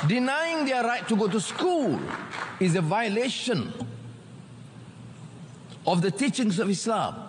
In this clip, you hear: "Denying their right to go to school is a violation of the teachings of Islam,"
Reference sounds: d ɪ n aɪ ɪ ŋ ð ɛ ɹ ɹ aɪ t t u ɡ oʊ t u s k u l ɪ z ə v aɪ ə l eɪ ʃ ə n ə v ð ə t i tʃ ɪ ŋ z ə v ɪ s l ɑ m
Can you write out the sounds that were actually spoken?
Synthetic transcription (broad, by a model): d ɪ n aɪ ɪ ŋ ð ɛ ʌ ɹ aɪ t t u ɡ oʊ t u s k u l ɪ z ə v aɪ ə l eɪ ʃ ə n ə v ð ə t i tʃ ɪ ŋ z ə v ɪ s l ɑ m